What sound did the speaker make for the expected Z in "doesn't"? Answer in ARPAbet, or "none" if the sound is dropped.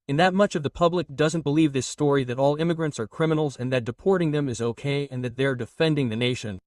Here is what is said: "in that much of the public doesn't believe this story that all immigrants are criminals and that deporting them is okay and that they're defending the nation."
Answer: Z